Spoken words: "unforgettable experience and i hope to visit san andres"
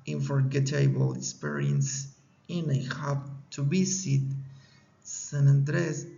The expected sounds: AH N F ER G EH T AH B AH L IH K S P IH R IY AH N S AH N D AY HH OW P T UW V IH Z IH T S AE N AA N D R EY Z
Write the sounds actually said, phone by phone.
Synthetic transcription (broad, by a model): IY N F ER G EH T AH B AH L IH K S P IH R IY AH N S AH N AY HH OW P T UW B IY S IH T S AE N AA N D R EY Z